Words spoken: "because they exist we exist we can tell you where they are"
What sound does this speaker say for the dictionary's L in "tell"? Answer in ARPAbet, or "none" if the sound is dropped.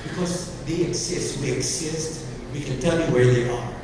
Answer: L